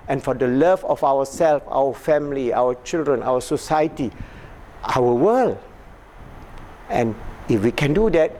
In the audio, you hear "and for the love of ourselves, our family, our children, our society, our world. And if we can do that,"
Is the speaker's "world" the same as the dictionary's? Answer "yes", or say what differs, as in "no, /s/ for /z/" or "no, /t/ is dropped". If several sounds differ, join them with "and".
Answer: no, /d/ is dropped